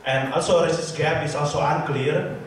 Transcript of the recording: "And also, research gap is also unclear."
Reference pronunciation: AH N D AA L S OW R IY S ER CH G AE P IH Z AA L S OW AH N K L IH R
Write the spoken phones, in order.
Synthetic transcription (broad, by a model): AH N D AA L S OW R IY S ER S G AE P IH S AA L S OW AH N K L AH R